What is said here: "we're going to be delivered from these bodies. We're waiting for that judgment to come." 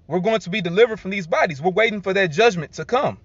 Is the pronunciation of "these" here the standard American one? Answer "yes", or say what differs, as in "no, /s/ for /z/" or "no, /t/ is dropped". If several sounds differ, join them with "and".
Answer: yes